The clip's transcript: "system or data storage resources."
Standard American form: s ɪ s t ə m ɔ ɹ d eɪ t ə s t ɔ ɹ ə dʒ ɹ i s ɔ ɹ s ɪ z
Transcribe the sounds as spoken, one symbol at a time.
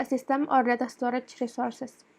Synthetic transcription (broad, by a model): s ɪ s t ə m ɔ ɹ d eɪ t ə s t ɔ ɹ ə tʃ ɹ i s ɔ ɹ s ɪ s